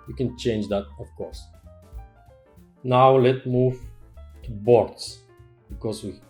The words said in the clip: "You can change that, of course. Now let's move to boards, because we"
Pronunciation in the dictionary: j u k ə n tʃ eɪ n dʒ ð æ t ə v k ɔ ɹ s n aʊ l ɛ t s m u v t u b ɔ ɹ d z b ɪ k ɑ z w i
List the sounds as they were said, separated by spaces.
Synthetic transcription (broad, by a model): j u k ə n tʃ eɪ n dʒ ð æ t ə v k ɔ ɹ s n aʊ l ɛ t m u v t u b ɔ ɹ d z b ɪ k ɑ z w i